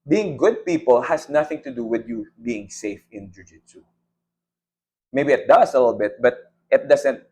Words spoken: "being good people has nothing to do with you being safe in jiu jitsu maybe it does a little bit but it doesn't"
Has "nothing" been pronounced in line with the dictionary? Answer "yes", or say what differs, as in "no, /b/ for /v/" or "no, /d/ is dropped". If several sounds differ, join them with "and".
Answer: yes